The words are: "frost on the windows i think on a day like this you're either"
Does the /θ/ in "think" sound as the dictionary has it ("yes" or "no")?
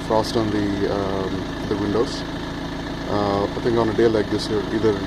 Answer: no